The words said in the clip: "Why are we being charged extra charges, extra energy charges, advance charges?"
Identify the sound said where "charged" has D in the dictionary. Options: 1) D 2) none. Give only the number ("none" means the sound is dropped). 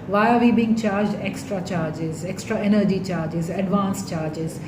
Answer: 1